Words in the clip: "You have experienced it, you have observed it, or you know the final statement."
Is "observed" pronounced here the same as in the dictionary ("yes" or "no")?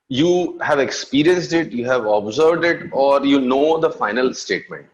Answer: yes